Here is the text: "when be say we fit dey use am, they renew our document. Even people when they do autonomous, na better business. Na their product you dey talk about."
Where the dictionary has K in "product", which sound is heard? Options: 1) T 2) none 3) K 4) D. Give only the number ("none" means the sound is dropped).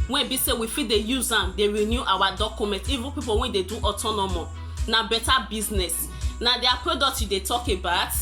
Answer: 2